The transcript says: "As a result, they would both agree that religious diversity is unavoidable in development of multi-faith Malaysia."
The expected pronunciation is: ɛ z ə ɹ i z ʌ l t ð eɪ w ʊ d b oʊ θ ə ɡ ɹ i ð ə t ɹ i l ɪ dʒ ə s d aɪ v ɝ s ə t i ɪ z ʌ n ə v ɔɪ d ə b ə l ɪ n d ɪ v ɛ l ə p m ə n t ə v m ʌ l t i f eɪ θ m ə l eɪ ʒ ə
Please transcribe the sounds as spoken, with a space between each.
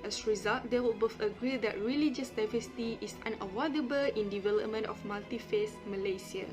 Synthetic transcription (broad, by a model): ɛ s ɹ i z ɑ l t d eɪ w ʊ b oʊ f ə ɡ ɹ i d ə t ɹ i l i dʒ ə s d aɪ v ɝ s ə t i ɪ s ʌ n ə w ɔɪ d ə b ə l ɪ n d ɪ v ɛ l ə p m ə n t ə f m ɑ l t i f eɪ s m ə l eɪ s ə